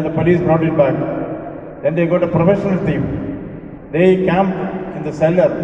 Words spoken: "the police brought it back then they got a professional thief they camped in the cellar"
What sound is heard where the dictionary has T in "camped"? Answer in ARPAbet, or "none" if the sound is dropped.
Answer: none